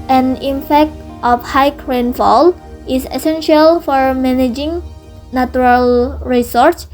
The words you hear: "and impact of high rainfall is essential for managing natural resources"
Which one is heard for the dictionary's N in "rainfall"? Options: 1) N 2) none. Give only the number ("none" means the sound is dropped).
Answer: 1